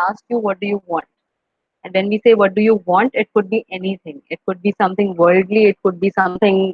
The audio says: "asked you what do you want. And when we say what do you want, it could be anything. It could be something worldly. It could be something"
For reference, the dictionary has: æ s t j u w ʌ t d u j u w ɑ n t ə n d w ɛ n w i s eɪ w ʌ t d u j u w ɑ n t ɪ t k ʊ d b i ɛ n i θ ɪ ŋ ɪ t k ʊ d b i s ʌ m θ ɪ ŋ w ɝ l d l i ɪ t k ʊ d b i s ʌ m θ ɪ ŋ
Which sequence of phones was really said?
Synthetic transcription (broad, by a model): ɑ s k j u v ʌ t d u j u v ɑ n t ə n d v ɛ n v i s eɪ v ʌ t d u j u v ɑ n t ɪ t k ʊ d b i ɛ n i t ɪ ŋ ɪ t k ʊ d b i s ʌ m t ɪ ŋ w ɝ l d l i ɪ t k ʊ d b i s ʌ m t ɪ ŋ